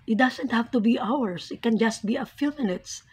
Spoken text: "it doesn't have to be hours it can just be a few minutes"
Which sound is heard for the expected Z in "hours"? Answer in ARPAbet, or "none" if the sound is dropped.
S